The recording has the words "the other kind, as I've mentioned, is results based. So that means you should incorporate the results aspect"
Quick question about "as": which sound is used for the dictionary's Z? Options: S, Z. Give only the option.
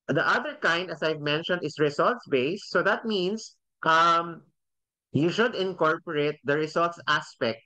S